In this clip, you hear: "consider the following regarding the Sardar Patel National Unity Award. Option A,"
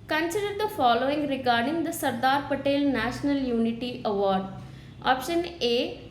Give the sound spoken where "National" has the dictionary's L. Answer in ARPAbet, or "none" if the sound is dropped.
L